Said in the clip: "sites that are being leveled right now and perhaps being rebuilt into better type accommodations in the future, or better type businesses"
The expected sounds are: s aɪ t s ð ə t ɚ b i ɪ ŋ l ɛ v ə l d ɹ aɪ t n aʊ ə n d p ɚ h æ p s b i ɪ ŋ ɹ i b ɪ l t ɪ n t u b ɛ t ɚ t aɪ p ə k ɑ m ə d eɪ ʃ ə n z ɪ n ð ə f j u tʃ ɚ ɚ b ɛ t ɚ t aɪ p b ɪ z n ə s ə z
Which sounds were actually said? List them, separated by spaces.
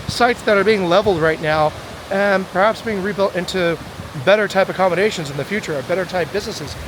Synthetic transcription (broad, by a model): s aɪ t s ð ə t ɚ b i ɪ ŋ l ɛ v l d ɹ aɪ t n aʊ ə n p ɚ h æ p s b i ɪ ŋ ɹ i b ɪ l t ɪ n t u b ɛ t ɚ t aɪ p ə k ɑ m ə d eɪ ʃ ə n z ɪ n ð ə f j u tʃ ɚ ɚ b ɛ t ɚ t aɪ p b ɪ z n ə s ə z